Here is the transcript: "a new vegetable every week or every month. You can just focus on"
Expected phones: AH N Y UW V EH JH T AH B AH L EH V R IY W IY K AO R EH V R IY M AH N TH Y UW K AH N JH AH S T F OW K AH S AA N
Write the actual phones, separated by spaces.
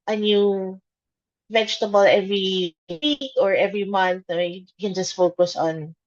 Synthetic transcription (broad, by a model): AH N Y UW V EH JH T AH B AH L EH V R IY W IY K AO R EH V R IY M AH N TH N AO K AH N JH AH S T F OW K AH S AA N